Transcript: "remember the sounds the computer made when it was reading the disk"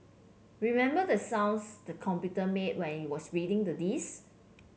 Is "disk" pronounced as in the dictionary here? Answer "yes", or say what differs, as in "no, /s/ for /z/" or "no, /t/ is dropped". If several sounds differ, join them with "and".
no, /k/ is dropped